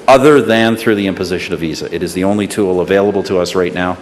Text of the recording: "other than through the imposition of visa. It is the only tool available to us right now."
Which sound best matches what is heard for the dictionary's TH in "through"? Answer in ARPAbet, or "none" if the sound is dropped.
TH